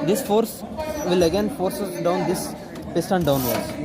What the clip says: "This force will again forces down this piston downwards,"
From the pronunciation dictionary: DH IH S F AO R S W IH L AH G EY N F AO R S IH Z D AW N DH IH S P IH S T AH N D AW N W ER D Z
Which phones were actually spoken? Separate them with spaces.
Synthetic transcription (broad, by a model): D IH S F AO R S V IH L AH G EY N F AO R S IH S D AW N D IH S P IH S T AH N D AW N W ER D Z